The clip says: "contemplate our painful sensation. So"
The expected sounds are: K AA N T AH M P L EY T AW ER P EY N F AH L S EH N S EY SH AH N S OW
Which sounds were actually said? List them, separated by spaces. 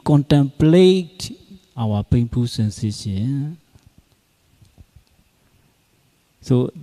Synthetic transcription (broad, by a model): K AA N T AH M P L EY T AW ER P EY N P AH S EH N S EY SH AH N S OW